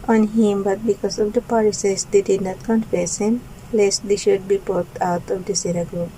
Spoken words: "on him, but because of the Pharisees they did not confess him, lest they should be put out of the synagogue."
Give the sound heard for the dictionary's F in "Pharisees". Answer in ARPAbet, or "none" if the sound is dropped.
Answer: P